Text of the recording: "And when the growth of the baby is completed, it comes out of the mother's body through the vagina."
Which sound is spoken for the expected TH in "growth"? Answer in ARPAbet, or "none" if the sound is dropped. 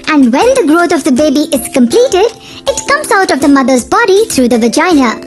T